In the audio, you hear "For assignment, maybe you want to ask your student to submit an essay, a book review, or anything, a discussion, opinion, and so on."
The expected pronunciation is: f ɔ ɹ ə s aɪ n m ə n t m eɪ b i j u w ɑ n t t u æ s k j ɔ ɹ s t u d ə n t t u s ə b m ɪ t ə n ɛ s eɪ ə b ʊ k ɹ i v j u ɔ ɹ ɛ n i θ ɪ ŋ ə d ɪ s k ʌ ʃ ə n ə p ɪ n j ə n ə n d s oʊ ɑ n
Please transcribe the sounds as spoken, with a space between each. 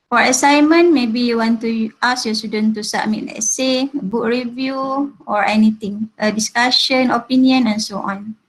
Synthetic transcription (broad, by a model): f ɔ ɹ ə s aɪ m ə n m eɪ b i j u w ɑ n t t u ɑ s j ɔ s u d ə n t t u s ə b m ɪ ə l ɛ s eɪ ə b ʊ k ɹ i v j u ɔ ɹ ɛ n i t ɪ ŋ ə d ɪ s k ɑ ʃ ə n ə p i n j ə n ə n s oʊ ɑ n